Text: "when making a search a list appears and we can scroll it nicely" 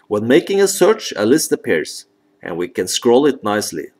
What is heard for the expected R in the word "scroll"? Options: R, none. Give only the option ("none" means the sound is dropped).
R